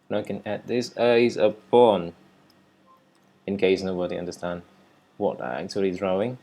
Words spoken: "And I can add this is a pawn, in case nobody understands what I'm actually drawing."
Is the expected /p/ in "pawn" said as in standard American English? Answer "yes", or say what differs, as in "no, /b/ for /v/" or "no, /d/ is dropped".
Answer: no, /b/ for /p/